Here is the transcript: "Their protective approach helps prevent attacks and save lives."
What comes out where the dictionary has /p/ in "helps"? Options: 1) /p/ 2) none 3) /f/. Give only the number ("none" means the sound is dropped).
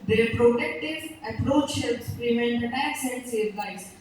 2